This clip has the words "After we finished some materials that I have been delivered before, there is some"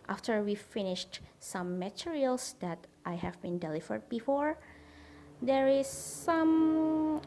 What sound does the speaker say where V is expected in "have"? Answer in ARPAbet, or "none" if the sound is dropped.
V